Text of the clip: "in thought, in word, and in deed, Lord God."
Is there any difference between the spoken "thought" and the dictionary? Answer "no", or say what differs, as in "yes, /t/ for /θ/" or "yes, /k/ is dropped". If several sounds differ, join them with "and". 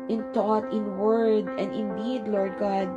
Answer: yes, /t/ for /θ/